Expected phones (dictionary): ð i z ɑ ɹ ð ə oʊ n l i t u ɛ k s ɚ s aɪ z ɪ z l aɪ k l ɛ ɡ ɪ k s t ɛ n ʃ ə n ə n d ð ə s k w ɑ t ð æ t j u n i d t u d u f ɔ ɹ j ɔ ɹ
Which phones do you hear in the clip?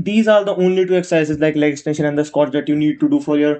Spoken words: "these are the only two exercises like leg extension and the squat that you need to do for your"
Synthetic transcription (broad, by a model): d i z ɑ ɹ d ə oʊ n l i t u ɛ k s s aɪ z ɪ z l aɪ k l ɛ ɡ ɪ s t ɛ n ʃ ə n ə n d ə s k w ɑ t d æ t j u n i d t u d u f ɔ ɹ j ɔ ɹ